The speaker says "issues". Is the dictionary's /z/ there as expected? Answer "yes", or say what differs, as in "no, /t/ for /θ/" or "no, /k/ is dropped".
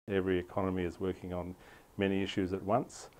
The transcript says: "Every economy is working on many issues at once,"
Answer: yes